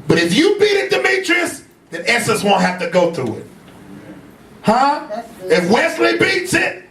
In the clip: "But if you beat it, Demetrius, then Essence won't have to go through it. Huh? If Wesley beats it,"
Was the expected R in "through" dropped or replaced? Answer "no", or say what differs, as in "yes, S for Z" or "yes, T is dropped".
yes, R is dropped